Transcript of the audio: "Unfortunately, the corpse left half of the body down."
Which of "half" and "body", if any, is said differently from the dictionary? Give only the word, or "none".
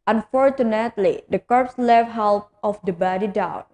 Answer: half